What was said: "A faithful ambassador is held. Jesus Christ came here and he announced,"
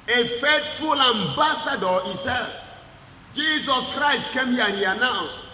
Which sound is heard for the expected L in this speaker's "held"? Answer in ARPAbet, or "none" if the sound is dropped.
none